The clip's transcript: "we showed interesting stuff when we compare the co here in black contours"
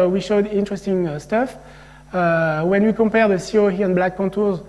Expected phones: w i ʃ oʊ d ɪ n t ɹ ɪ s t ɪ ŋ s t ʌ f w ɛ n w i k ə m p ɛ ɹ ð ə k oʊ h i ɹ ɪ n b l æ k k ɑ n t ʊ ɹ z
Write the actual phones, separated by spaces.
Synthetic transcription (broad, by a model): w i ʃ oʊ d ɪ n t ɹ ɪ s t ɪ ŋ s t ʌ f w ɛ n w i k ə m p ɛ ɹ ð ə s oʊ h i ɪ n b l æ k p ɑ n t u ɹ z